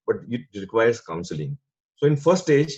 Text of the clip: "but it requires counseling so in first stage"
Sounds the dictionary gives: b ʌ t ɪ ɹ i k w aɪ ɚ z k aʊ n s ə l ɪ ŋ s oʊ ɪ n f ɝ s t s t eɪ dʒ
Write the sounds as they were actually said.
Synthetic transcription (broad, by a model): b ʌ t ɪ ɹ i k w aɪ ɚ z k aʊ n s ə l ɪ ŋ s oʊ ɪ n f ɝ t s t eɪ dʒ